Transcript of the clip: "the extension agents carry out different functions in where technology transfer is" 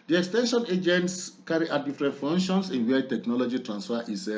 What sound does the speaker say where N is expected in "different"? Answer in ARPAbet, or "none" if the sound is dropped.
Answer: none